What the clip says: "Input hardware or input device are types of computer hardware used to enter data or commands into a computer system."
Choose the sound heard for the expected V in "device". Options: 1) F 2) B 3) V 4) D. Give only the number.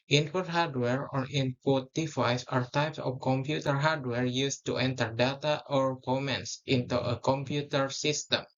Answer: 1